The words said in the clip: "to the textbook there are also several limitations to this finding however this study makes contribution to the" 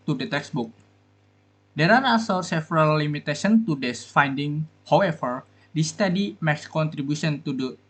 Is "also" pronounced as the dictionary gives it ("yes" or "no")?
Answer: no